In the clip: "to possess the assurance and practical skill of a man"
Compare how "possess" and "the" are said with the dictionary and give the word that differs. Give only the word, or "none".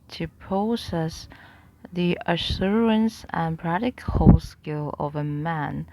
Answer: possess